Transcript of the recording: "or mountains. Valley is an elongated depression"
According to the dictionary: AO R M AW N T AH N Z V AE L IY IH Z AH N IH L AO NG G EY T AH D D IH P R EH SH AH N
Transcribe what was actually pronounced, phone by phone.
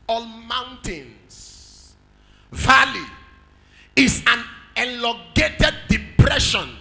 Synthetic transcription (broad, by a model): AO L M AW N T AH N S V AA L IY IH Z AH N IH L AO G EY T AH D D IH P R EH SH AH N